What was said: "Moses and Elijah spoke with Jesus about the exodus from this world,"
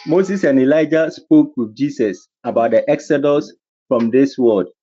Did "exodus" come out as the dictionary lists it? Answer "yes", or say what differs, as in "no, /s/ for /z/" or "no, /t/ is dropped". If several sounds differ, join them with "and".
yes